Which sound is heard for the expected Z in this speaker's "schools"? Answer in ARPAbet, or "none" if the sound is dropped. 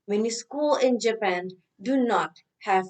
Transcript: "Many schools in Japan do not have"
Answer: none